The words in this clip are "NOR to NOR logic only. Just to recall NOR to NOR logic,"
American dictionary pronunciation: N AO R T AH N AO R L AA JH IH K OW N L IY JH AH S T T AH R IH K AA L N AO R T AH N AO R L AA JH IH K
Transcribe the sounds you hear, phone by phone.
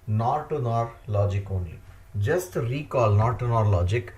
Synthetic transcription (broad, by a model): N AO T AH N AO R L AA JH IH K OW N IY JH AH S T T AH K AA L N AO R T AH N AO R L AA JH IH K